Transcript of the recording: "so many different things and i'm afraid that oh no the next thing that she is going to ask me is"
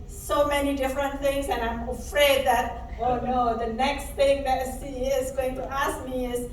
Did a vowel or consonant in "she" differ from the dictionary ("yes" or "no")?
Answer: yes